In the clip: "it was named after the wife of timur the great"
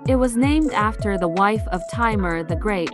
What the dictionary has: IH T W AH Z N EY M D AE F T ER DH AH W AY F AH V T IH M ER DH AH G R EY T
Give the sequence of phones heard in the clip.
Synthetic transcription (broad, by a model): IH T W AH Z N EY M D AE F T ER DH AH W AY F AH V T IH M ER DH AH G R EY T